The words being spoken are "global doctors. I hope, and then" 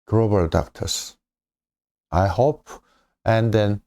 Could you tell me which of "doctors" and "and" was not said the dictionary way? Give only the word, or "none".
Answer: doctors